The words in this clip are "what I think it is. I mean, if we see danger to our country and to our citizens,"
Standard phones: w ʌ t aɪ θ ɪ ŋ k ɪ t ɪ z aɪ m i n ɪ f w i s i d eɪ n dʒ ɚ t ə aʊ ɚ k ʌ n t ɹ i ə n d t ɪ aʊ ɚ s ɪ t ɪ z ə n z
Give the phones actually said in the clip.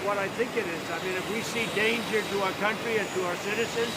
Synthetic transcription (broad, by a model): w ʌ t aɪ θ ɪ ŋ k ɪ t ɪ z aɪ m i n ɪ f w i s i d eɪ n dʒ ɚ t ə aʊ ɚ k ʌ n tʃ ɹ i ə n t ɪ aʊ ɚ s ɪ t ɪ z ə n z